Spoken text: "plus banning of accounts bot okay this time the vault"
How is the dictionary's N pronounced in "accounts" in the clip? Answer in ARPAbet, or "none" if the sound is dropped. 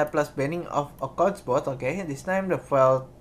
none